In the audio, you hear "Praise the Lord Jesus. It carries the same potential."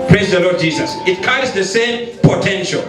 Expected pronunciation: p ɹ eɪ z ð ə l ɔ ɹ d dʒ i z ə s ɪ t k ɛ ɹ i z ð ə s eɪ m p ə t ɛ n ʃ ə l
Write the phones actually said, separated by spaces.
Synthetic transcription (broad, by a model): p ɹ eɪ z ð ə l ɔ d dʒ i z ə s ɪ t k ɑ i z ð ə s eɪ m p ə t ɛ n ʃ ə l